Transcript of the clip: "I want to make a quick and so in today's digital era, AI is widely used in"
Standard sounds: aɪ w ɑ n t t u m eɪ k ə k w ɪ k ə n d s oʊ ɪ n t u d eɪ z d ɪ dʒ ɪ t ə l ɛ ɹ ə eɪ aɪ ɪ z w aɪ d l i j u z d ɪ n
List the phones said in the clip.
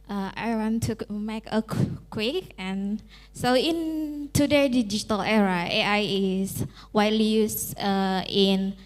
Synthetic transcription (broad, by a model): aɪ w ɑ n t t u m eɪ k ə k w ɪ k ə n s oʊ ɪ n t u d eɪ d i dʒ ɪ t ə l ɛ ɹ ə eɪ aɪ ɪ s w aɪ l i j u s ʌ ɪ n